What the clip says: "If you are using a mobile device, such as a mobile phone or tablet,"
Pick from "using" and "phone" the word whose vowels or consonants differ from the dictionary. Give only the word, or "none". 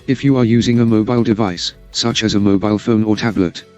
none